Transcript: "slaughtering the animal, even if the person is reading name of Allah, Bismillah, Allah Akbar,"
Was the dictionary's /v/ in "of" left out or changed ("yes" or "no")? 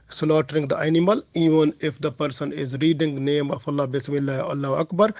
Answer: yes